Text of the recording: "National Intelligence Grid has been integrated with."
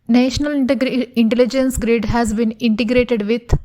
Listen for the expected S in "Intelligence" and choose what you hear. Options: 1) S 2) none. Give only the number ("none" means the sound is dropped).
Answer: 1